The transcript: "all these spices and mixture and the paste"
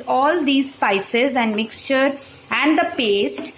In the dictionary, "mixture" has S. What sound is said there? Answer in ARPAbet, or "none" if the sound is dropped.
S